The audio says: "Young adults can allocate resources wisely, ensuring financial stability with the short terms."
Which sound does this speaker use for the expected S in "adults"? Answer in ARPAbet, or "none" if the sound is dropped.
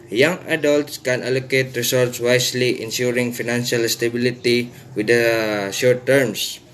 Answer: S